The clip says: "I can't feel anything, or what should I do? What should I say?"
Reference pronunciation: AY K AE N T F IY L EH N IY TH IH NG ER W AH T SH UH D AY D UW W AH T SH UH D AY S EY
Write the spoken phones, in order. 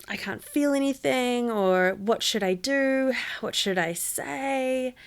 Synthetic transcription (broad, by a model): AY K AE N T F IY L EH N IY TH IH NG ER W AH T SH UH D AY D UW W AH T SH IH D AY S EY